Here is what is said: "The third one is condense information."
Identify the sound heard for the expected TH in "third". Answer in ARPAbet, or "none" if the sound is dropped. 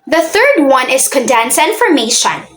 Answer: TH